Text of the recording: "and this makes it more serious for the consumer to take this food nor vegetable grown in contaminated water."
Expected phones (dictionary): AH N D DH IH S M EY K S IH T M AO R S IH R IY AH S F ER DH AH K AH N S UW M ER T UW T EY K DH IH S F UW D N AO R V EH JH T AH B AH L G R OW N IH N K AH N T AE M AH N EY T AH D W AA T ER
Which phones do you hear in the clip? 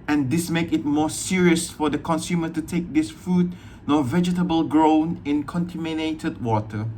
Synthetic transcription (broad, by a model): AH N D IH S M EY K IH T M AO S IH R IY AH S F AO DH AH K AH N S UW M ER T UW T EY K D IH S F UW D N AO V EH JH T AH B AH L G R OW N IH N K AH N T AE M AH N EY T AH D W AA T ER